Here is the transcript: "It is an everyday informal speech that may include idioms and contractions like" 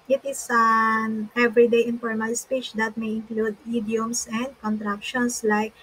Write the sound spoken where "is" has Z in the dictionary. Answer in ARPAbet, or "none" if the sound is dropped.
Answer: S